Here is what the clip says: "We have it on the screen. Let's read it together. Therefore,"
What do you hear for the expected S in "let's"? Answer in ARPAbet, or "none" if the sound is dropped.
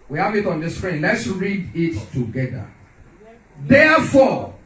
S